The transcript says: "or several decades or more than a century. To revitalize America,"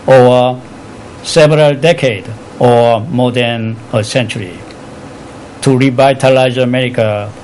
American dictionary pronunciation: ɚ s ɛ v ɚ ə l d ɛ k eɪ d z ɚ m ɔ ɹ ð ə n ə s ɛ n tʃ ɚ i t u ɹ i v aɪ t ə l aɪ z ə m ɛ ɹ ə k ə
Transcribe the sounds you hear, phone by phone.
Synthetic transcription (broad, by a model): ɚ s ɛ v ɚ ə l d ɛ k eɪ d ɚ m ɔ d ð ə n ə s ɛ n tʃ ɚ i t u ɹ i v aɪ t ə l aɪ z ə m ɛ ɹ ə k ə